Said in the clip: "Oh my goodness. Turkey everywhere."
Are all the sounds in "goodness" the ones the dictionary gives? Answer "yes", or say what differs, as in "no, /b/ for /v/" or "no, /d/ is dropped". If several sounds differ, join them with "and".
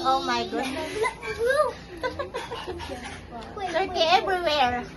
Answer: no, /l/ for /n/